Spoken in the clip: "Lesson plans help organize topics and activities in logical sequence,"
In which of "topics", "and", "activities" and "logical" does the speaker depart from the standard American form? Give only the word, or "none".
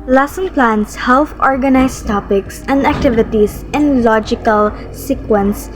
activities